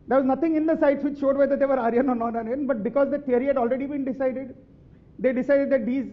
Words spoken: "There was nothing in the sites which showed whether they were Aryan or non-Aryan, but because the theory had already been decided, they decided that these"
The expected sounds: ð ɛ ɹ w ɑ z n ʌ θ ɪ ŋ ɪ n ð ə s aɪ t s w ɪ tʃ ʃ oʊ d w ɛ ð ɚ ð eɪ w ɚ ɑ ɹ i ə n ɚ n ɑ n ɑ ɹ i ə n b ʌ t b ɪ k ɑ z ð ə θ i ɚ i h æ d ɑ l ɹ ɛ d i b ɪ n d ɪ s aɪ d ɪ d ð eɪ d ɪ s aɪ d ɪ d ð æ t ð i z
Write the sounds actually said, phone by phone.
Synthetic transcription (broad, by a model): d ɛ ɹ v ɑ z n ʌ t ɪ ŋ ɪ n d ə s aɪ t s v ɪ tʃ ʃ oʊ d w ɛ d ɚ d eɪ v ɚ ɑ ɹ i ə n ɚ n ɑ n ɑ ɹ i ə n b ʌ t b ɪ k ɑ z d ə t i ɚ i h æ d ɑ l ɹ ɛ d i b ɪ n d ɪ s aɪ d ɪ d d eɪ d ɪ s aɪ d ɪ d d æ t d i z